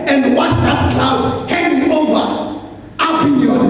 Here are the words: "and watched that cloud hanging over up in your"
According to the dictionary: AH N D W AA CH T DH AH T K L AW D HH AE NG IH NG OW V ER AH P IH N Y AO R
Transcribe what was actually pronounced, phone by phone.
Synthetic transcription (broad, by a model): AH N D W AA S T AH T K L AW D HH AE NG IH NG OW V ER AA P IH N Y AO